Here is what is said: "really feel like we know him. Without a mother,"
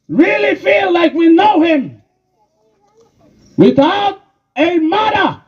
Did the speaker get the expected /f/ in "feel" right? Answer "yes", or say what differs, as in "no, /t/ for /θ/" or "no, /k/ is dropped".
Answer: yes